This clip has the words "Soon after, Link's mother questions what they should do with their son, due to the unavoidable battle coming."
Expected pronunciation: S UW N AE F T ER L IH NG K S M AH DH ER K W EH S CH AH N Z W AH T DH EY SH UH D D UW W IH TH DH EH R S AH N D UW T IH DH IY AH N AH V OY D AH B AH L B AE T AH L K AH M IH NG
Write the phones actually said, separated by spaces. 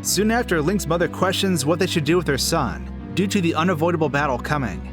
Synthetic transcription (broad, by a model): S UW N AE F T ER L IH NG K S M AH DH ER K W EH S CH AH N Z W AH T DH EY SH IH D D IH W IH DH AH R S AH N D UW T IH DH IY AH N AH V OY D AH B L B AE T L K AH M IH NG